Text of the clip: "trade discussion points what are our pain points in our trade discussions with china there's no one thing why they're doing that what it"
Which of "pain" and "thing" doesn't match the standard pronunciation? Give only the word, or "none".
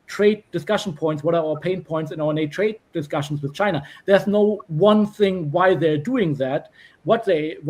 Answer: none